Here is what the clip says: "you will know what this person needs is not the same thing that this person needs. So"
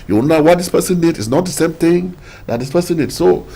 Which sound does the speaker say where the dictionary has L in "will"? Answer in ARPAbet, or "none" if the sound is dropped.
N